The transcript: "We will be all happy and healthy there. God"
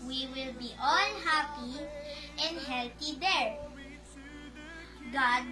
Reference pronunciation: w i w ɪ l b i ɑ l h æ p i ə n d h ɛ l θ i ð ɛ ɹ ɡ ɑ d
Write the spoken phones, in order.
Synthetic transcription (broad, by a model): w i w ɪ l b i ɑ l h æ p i ə n d h ɛ l t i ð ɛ ɹ ɡ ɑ d